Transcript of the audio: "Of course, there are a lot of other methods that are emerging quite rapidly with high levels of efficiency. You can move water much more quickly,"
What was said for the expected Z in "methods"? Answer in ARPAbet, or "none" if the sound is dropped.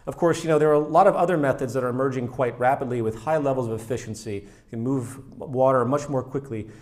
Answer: Z